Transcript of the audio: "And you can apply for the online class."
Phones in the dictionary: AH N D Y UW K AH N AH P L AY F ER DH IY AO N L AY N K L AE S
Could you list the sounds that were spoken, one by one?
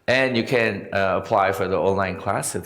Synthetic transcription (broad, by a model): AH N Y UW K AH N AH P L AY F ER DH IY AO N L AY N K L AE S